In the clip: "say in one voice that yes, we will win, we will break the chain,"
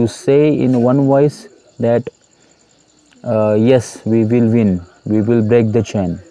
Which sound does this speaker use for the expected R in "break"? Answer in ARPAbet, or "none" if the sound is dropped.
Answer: R